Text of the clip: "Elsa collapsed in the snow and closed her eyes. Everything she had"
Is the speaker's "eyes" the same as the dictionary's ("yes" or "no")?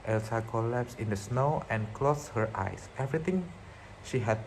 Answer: no